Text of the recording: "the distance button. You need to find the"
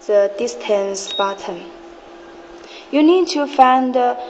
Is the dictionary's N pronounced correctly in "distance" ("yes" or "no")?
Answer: yes